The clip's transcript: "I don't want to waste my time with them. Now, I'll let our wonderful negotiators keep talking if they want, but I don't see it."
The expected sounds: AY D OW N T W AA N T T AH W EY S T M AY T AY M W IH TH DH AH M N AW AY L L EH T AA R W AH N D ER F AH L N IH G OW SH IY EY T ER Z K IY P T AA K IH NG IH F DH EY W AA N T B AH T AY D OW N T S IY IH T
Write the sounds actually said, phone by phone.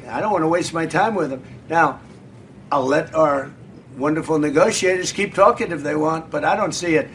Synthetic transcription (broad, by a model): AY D OW N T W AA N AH W EY S T M AY T AY M W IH DH AH M N AW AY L L EH T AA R W AH N D ER F L N IH G OW SH IY EY T ER Z K IY P T AA K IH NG IH F DH EY W AA N T B AH T AY D OW N T S IY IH T